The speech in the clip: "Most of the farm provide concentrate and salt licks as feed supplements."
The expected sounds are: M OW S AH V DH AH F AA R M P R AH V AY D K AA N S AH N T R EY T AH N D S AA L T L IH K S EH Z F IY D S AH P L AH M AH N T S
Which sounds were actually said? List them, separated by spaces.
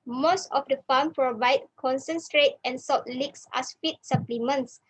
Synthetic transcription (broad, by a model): M OW S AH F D AH F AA M P R AH V AY D K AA N S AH N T R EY T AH N S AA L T L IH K S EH S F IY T S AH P L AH M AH N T S